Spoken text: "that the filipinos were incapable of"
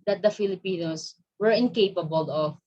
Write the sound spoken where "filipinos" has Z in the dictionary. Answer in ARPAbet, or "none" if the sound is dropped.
S